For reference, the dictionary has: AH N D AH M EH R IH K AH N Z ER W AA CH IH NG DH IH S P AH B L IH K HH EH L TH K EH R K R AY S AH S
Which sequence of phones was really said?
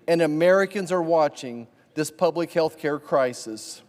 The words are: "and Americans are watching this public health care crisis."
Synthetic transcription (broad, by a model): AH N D AH M EH R IH K AH N Z ER W AA CH IH NG DH IH S P AH B L IH K HH EH L TH K EH R K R AY S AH S